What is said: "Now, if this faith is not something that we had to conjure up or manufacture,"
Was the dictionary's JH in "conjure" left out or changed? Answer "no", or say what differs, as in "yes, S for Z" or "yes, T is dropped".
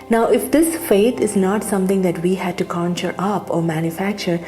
yes, CH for JH